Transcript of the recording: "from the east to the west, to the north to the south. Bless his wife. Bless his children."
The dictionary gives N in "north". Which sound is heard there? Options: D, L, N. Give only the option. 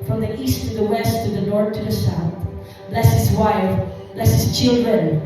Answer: N